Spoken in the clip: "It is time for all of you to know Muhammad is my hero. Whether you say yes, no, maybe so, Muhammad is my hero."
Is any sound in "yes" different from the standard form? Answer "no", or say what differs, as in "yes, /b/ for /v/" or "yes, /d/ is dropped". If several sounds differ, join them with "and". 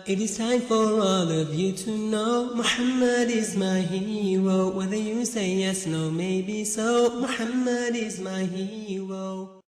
no